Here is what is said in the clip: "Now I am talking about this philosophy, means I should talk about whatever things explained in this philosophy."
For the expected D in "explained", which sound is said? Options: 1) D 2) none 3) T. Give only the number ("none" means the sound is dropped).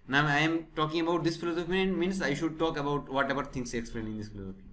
2